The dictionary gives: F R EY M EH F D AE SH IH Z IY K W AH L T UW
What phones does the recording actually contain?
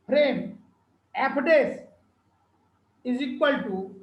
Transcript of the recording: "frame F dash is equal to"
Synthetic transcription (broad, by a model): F R EY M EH P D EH S IH Z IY K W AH L T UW